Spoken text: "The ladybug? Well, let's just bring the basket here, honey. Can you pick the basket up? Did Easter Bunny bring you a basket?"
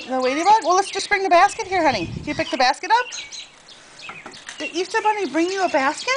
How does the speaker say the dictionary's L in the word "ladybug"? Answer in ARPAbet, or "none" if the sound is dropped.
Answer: W